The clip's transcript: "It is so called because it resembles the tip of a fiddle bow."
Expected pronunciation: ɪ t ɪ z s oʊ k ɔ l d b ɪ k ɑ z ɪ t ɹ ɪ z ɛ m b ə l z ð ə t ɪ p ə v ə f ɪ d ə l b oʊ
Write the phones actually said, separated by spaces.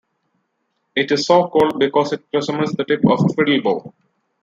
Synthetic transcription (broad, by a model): ɪ t ɪ z s oʊ k ɔ l d b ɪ k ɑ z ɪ t ɹ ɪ s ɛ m ə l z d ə t ɪ p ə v ə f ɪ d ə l b oʊ